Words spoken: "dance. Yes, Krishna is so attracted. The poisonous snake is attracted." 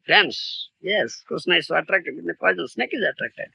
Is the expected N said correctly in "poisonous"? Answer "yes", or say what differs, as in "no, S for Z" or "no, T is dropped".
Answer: no, N is dropped